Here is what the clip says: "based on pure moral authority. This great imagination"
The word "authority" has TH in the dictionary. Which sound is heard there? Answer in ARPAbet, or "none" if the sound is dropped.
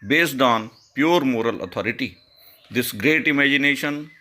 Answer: T